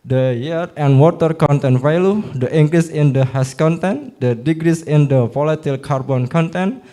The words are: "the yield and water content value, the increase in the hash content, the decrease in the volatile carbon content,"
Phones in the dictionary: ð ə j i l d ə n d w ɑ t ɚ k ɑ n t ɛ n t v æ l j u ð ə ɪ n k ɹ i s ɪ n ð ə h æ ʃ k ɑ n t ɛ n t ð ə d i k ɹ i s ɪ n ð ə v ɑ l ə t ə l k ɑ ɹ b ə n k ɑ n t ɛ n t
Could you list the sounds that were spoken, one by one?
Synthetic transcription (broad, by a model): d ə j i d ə n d w ɑ t ɚ k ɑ n t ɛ n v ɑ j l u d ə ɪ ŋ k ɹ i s ɪ n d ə h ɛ s k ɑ n t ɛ n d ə d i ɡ ɹ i s ɪ n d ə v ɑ l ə t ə l k ɑ ɹ b ə n k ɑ n t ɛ n